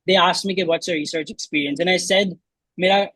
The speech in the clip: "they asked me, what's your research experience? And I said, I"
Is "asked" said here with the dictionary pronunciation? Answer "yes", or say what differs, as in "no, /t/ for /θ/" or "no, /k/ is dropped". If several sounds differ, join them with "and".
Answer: yes